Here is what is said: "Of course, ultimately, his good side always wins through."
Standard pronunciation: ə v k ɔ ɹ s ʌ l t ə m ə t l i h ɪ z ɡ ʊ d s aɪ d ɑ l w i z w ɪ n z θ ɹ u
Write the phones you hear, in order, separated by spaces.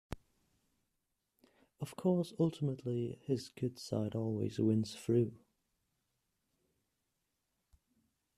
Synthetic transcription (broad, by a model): ə v k ɔ s ʌ l t ə m ə t l i h ɪ z ɡ ʊ d s aɪ d ɑ l w i z w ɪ n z f ɹ u